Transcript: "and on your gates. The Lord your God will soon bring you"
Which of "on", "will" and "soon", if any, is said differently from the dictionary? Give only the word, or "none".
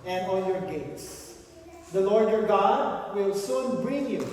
on